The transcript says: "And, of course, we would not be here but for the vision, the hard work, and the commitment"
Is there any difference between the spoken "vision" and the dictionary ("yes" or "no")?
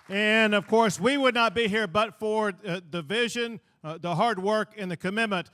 no